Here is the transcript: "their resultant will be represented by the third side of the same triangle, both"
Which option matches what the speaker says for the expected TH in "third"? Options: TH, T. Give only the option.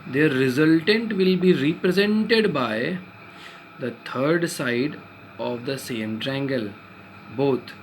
T